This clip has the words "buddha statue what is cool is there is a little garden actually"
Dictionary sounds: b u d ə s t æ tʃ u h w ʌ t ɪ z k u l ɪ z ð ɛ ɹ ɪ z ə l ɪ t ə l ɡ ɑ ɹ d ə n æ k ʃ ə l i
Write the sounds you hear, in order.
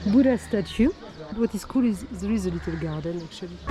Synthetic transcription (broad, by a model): b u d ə s t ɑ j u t w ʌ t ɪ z k u l ɪ z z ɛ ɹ ɪ z ə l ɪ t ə l ɡ ɑ ɹ d ə n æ k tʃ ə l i